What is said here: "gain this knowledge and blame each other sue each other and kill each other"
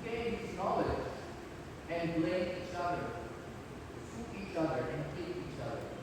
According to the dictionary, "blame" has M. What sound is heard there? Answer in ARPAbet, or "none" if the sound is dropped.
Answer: none